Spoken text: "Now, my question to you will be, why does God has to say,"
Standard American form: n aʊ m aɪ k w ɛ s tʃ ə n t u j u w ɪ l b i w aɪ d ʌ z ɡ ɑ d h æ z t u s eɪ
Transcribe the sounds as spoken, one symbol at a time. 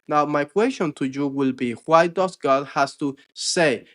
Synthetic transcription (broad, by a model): n aʊ m aɪ k w ɛ s tʃ ə n t u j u w ɪ l b i w aɪ d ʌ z ɡ ɑ d h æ s t u s eɪ